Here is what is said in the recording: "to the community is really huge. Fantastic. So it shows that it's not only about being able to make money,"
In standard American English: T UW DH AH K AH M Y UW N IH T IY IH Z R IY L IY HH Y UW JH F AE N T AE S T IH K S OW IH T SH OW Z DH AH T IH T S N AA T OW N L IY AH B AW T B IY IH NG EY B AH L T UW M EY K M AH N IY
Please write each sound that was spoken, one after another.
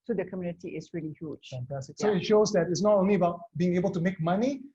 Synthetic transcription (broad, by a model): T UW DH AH K AH M Y UW N IH T IY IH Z R IY L IY HH Y UW JH F AE N T AE S T IH K S OW IH T SH OW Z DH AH T IH T S N AA T OW N L IY AH B AW T B IY IH NG EY B AH L T UW M EY K M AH N IY